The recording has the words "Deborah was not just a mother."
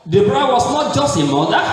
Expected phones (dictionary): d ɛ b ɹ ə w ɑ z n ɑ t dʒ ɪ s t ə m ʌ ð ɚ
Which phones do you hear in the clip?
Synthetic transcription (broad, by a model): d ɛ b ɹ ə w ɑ s n ɑ t dʒ ɪ s t ə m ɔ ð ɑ